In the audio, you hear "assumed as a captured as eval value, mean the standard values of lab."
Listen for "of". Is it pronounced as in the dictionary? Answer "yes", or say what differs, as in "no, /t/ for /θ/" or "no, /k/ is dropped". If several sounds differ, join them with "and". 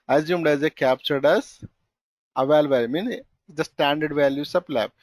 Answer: no, /p/ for /v/